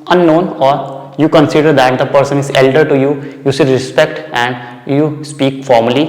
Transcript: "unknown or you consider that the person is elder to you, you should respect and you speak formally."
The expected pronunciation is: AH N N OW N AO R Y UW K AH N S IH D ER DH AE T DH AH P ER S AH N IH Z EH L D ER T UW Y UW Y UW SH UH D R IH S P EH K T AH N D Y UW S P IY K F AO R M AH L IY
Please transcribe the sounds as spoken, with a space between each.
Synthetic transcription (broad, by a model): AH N N OW N AO R Y UW K AH N S IH D ER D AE T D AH P ER S AH N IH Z EH L D ER T UW Y UW Y UW S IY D R IH S P EH K T AH N D Y UW S P IY K F AO R M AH L IY